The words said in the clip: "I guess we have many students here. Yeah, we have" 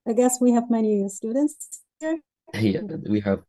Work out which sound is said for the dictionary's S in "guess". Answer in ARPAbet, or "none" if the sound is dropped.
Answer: S